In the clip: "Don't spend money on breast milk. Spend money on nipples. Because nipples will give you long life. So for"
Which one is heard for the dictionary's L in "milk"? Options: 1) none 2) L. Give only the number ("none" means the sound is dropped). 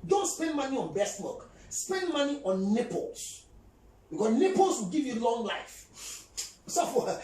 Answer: 1